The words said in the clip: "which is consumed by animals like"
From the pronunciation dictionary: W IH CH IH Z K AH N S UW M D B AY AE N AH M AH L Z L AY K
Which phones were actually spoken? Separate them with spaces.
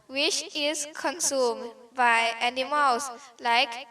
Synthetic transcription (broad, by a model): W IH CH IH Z K AH N S UW M D B AY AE N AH M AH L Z L AY K